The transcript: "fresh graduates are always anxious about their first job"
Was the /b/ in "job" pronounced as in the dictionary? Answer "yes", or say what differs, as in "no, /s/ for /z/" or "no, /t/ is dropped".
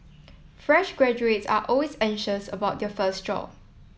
no, /b/ is dropped